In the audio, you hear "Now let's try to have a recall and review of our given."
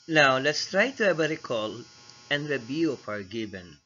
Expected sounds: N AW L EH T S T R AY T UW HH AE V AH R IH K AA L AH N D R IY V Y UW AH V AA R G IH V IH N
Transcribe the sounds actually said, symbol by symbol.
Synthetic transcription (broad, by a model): N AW L EH T S T R AY T UW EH B AH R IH K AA L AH N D R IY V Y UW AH P AA R G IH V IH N